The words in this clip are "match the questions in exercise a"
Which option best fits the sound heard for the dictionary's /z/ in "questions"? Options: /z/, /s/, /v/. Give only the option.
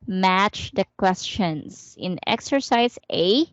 /s/